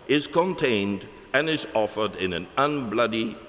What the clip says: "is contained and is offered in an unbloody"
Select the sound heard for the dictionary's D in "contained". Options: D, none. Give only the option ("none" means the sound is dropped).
D